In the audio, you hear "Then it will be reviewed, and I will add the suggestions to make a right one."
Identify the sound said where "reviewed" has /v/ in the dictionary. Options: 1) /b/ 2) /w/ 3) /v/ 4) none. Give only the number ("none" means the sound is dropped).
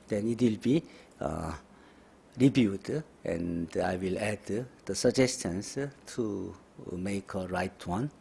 1